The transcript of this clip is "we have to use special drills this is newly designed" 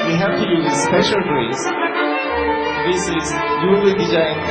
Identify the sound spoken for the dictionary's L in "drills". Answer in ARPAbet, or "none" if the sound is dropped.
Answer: none